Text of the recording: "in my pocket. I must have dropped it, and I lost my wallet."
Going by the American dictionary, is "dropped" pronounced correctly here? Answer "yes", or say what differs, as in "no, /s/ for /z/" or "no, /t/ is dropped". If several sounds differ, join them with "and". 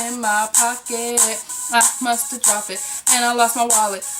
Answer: no, /t/ is dropped